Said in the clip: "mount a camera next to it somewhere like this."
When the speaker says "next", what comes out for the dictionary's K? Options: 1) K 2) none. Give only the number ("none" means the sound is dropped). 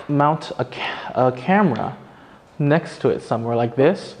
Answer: 1